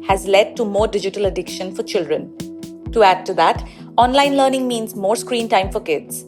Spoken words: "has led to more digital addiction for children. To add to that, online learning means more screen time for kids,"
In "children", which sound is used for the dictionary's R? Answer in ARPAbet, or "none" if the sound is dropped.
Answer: R